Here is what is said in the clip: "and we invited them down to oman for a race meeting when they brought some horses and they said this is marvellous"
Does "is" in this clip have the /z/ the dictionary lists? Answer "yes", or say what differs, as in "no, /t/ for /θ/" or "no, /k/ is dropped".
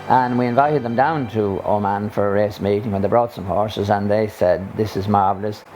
yes